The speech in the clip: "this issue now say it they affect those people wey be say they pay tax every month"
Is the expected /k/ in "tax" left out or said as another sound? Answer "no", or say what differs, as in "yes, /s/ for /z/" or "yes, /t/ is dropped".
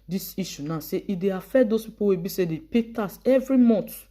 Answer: yes, /k/ is dropped